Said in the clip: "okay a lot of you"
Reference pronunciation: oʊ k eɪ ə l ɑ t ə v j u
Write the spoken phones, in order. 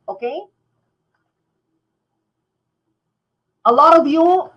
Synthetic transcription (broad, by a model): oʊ k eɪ ə l ɑ t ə b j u